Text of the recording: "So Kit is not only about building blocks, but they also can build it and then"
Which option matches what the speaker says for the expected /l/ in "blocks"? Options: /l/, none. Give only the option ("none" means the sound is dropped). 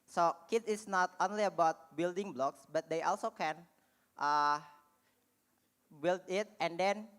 /l/